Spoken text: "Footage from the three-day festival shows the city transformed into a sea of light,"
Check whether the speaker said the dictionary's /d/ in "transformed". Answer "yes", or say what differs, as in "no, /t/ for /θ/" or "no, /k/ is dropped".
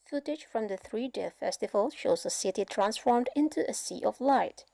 yes